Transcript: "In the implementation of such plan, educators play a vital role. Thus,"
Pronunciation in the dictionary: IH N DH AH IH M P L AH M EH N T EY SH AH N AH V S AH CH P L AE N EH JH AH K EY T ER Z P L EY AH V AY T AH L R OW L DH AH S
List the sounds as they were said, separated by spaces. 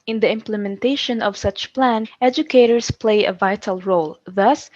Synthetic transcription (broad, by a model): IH N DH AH IH M P L AH M EH N T EY SH AH N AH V S AH CH P L AE N EH JH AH K EY T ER S P L EY AH V AY T AH L R OW L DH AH S